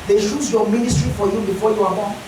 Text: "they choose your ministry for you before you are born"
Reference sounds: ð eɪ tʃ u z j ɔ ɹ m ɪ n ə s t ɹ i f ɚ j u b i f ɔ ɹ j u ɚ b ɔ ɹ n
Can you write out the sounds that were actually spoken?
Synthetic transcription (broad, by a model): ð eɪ ʃ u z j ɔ m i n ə s t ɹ i f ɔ j u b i f ɔ j u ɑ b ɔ